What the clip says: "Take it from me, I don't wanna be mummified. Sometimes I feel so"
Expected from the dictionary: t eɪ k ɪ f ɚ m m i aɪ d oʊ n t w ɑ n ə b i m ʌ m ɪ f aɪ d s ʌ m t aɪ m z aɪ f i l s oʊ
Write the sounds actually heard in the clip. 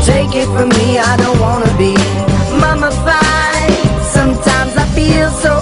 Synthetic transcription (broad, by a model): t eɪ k ɪ f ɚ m m i aɪ d oʊ n t w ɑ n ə b i m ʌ m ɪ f aɪ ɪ s ʌ m t aɪ m z aɪ f i l s oʊ